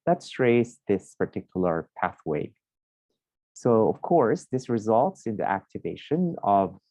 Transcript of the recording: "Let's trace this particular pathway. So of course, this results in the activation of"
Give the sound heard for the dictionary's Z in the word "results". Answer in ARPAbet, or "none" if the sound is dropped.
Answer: Z